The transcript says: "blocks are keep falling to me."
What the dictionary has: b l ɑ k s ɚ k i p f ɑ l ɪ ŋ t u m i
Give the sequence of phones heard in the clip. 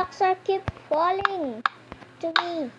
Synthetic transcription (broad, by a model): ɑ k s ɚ k i p f ɑ l ɪ ŋ t u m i